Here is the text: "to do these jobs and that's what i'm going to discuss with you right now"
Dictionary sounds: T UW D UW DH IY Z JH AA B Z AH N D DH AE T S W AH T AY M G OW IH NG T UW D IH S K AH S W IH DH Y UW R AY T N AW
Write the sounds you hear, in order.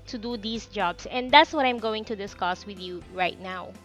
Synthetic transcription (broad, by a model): T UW D UW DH IY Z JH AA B S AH N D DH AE T S W AH T AY M G OW IH NG T UW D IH S K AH S W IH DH Y UW R AY T N AW